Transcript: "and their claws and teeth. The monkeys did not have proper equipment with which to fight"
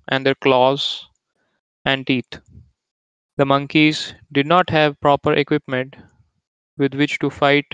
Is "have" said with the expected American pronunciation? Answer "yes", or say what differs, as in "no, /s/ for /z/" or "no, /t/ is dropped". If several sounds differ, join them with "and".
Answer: yes